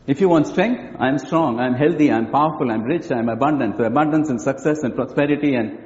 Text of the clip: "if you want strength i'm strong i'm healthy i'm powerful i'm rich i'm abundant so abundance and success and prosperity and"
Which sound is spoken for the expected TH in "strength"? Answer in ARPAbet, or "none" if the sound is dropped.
T